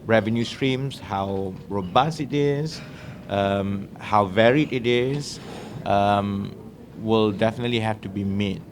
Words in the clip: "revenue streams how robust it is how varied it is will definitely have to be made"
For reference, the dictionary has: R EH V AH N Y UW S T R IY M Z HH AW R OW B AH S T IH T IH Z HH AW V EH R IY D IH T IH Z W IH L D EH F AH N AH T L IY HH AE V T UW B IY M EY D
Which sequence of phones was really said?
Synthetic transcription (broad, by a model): R EH V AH N Y UW S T R IY M S HH AW R OW B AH S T IH T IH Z HH AW V EH R IY D IH T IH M W IH L D EH F AH N AH T L IY HH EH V T UW B IY M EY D